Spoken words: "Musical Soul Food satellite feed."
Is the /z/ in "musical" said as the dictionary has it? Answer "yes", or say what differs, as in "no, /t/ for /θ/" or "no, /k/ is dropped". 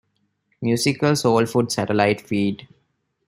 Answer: no, /s/ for /z/